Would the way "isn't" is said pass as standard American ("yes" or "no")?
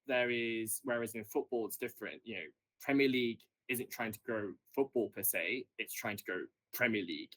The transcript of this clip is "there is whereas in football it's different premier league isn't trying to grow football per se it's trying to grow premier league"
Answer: yes